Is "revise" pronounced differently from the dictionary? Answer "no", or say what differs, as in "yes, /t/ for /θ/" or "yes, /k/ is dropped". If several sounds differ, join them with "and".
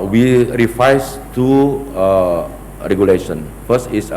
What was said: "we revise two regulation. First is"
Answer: yes, /f/ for /v/ and /s/ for /z/